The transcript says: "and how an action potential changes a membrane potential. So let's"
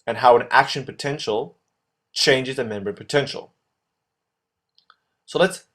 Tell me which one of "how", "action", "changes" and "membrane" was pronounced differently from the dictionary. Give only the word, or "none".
membrane